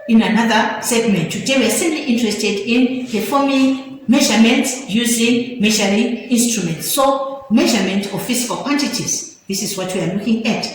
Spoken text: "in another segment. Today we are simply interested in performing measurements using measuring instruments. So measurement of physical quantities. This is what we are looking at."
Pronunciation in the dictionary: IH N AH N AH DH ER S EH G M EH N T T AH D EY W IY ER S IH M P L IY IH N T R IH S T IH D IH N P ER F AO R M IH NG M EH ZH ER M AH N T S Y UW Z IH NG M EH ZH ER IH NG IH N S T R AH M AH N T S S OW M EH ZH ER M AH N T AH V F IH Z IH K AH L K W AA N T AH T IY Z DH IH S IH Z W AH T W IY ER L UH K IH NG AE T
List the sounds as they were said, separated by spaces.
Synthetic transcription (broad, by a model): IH N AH N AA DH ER S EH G M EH N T T AH D EY W IY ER S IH M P L IY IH N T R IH S T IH D IH N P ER F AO M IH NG M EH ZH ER M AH N T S Y UW Z IH NG M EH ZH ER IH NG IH N S T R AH M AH N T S S OW M EH ZH ER M AH N T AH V F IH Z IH K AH L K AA N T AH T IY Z DH IH S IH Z W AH T W IY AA L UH K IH NG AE T